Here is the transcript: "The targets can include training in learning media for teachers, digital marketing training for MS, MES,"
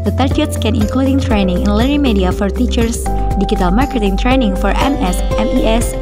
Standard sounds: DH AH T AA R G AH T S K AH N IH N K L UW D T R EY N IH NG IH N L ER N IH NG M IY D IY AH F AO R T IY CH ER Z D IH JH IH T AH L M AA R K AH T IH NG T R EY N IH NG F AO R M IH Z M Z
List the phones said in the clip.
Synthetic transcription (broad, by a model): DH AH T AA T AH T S K AH N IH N K L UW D T R EY N IH NG IH N L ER IH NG M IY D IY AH F AO R T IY CH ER S D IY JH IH T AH L M AA R K AH T IH NG T R EY N IH NG F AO R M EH S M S